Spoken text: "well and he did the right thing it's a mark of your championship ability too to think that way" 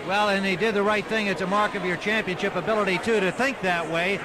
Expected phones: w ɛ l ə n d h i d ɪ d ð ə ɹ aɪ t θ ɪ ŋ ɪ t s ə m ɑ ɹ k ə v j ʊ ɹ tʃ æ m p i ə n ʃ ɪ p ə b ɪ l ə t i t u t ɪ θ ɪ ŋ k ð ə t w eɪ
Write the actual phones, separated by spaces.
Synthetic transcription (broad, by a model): w ɛ l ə n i d ɪ d ð ə ɹ aɪ t θ ɪ ŋ ɪ t s ə m ɑ ɹ k ə v j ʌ ɹ tʃ æ m p i ə n ʃ ɪ p ə b ɪ l ə t i t u t ɪ θ ɪ ŋ k ð ə t w eɪ